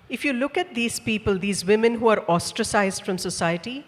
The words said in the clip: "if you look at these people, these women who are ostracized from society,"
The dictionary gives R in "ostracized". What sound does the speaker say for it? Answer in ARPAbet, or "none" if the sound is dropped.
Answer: R